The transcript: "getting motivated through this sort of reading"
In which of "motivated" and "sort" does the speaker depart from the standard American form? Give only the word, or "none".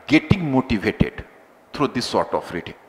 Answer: none